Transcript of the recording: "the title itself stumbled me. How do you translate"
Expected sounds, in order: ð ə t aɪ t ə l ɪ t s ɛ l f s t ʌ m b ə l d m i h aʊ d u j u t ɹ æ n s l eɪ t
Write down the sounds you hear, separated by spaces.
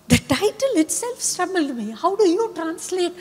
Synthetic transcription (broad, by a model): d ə t aɪ t ə l ɪ t s ɛ l f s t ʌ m ə l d m i h aʊ d u j u t ɹ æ n s l eɪ t